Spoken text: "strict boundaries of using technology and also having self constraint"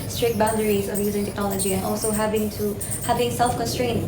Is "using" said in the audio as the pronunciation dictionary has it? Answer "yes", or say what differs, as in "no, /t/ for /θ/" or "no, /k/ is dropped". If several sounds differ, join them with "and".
yes